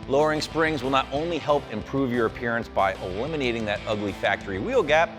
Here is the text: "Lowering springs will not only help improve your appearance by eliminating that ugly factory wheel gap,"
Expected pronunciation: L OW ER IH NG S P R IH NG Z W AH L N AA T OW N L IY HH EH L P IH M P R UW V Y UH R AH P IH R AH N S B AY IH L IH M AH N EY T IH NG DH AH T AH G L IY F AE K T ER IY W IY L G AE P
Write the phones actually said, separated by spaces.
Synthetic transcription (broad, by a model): L OW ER IH NG S P R IH NG Z W AH L N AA T OW N L IY HH EH L P IH M P R UW V Y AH R AH P IH R AH N S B AY IH L IH M AH N EY T IH NG DH AH T AH G L IY F AE K T ER IY W IY L G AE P